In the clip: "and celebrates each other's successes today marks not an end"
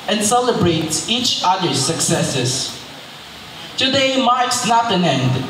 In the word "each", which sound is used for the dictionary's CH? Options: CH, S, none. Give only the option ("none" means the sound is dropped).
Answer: CH